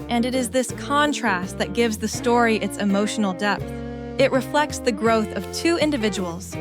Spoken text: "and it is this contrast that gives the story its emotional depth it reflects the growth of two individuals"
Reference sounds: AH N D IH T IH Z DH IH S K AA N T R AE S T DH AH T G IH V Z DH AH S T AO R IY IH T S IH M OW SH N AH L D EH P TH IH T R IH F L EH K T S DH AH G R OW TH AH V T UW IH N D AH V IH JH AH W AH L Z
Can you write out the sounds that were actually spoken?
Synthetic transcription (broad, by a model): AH N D IH T IH Z DH IH S K AA N T R AE S T DH AH T G IH V Z DH AH S T AO R IY IH T S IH M OW SH N L D EH P TH IH T R IH F L EH K T S DH AH G R OW TH AH V T UW IH N D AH V IH JH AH W L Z